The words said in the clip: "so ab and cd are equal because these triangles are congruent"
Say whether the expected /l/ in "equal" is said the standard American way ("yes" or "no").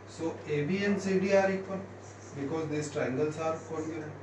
no